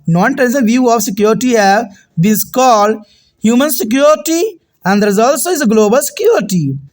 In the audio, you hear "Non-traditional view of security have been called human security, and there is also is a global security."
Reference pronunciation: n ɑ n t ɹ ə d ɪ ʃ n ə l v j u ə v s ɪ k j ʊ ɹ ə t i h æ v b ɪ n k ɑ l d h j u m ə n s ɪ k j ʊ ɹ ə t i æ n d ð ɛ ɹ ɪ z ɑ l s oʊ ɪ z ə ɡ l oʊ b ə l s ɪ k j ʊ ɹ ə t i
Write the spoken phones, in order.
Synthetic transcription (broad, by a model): n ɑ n t ə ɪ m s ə v j u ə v s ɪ k j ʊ ɹ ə t i h æ v b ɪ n k ɑ l d h j u m ə n s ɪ k j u ɹ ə t i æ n d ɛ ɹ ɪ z ɑ l s oʊ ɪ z ə ɡ l oʊ b ə l s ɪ k j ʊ ɹ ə t i